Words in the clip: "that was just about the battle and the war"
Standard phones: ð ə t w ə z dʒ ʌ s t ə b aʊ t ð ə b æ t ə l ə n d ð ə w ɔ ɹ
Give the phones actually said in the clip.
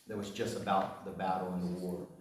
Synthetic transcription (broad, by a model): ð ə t w ə z dʒ ʌ s t ə b aʊ t ð ə b æ t l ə n ð ə w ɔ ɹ